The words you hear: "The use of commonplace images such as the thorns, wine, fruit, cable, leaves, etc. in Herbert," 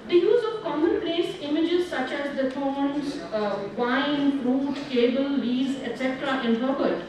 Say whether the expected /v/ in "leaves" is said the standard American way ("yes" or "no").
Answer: no